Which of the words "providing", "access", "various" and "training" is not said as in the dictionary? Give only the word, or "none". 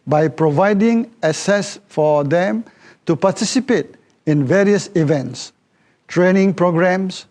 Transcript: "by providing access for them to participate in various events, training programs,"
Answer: access